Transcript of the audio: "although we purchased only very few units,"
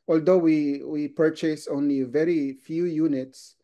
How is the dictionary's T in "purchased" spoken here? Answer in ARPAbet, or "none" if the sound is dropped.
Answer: none